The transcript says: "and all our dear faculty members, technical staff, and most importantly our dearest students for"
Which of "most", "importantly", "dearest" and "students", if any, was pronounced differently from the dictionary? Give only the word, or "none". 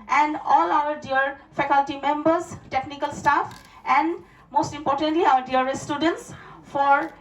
dearest